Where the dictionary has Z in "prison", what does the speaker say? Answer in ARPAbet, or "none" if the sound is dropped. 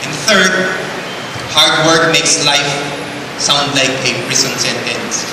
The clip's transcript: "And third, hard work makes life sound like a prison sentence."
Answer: S